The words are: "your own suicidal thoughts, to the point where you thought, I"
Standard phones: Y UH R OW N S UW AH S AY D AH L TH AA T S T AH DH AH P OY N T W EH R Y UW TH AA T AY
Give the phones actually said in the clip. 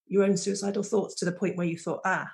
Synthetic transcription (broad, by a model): Y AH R OW N S UW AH S AY D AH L TH AA T S T AH DH AH P OY N T W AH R Y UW TH AA T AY